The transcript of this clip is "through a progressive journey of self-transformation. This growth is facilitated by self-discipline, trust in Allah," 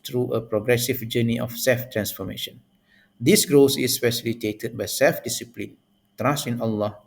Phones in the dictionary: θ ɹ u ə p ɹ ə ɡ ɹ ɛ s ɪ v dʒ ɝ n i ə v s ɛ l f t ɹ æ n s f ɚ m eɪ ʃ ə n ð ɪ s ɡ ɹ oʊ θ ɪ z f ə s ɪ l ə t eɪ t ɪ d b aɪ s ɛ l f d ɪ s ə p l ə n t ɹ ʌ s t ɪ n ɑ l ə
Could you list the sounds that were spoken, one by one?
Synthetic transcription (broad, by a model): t ɹ u ə p ɹ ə ɡ ɹ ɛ s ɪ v dʒ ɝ n i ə f s ɛ l f t ɹ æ n s f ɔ m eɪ ʃ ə n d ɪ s ɡ ɹ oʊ s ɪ s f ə s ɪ l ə t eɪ t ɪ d b aɪ s ɛ l f d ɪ s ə p l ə n t ɹ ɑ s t ɪ n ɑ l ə